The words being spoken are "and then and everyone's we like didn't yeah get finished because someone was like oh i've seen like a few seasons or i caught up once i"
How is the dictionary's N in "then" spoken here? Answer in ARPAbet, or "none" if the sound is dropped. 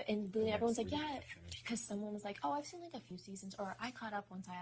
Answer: L